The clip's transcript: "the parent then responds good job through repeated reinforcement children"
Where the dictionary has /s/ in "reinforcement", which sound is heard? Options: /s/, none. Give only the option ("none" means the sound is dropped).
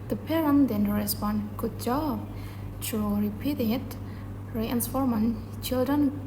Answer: none